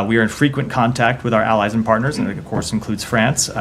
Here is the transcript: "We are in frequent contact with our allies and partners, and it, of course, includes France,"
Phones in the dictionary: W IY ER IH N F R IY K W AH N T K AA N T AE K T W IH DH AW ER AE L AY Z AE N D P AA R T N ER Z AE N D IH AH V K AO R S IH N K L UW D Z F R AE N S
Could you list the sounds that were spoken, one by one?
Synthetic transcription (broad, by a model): W IY ER IH N F R IY K W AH N K AA N T AE K T W IH DH AW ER AE L AY Z N P AA R T N ER Z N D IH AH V K AO R S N K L UW D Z F R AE N S